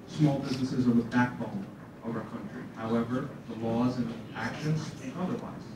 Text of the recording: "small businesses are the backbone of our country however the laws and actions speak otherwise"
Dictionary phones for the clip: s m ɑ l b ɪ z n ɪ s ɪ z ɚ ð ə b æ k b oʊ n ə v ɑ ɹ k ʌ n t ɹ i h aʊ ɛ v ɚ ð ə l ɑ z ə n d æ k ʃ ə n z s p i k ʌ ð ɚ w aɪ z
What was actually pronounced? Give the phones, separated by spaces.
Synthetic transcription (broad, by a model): s m ɑ l b ɪ z n ɪ s ɪ z ɚ ð ə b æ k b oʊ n ə v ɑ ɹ k ʌ n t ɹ i h aʊ ɛ v ɚ ð ə l ɑ z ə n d æ k ʃ ə n z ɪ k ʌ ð ɚ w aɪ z